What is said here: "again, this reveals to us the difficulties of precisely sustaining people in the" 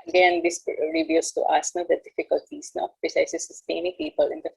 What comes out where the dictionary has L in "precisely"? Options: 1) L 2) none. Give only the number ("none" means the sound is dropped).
2